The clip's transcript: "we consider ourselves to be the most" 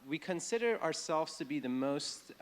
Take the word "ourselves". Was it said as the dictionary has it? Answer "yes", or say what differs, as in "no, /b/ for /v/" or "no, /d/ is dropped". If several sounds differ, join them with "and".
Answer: yes